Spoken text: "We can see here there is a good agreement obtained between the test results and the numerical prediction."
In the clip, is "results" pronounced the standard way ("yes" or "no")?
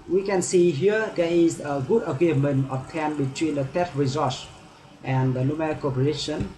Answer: no